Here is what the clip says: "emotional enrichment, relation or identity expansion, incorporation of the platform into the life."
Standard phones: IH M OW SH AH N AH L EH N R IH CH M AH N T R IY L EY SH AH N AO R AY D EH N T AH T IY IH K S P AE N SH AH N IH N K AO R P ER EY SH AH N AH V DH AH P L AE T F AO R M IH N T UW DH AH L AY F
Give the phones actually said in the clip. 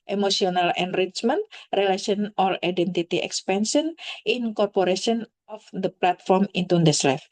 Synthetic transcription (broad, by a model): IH M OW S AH N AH L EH N R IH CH M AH N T R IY L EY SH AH N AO L AY D EH N T AH T IY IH K S P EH N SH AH N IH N K AO R P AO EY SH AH N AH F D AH P L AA T F AO R M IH N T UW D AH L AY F